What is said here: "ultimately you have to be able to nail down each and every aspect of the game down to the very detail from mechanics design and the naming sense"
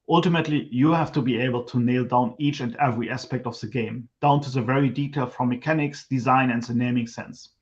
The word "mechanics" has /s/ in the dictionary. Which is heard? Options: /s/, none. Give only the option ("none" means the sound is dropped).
/s/